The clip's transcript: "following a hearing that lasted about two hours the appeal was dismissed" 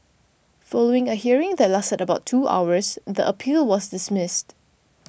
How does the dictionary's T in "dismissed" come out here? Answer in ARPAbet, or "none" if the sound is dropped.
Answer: T